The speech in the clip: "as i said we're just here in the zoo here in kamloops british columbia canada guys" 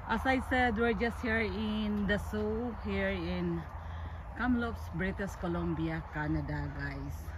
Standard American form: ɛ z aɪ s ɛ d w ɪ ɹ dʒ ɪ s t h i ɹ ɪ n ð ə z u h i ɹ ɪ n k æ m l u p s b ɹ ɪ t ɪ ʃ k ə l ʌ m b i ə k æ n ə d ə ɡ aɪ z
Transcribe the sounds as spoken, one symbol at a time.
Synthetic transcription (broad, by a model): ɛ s aɪ s ɛ d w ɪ ɹ dʒ ɪ s t h i ɹ ɪ n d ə s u h i ɹ ɪ n k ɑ m l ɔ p s b ɹ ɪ t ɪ s k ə l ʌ m b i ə k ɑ n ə d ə ɡ aɪ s